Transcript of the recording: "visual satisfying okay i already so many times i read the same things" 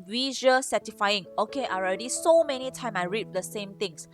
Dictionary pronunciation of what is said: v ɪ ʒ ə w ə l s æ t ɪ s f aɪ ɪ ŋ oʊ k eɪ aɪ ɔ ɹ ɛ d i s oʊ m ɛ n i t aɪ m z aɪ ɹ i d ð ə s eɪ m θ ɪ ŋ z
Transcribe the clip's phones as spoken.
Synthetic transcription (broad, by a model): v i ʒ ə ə s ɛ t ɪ f aɪ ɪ ŋ oʊ k eɪ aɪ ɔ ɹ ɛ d i s oʊ m ɛ n i t aɪ m aɪ ɹ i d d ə s eɪ m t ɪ ŋ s